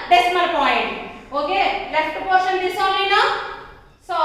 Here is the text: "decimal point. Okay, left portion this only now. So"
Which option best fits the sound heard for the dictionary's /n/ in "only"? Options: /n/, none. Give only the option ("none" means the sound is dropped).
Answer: none